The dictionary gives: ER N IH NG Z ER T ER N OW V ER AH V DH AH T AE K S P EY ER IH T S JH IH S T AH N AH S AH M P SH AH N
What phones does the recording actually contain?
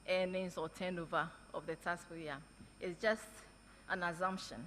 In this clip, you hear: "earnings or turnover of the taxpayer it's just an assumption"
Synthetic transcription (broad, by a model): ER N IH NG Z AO T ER N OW V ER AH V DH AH T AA S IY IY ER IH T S JH IH S T AH N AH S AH M P SH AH N